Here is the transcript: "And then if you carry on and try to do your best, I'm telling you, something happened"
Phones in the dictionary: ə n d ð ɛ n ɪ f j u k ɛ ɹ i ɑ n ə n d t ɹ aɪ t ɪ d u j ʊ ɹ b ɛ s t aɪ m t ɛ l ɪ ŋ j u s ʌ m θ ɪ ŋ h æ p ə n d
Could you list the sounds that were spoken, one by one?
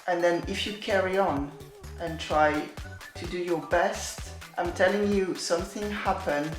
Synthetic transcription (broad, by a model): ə n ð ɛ n ɪ f j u k ɛ ɹ i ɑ n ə n t ɹ aɪ t ɪ d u j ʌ ɹ b ɛ s t aɪ m t ɛ l ɪ ŋ j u s ʌ m θ ɪ ŋ h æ p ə n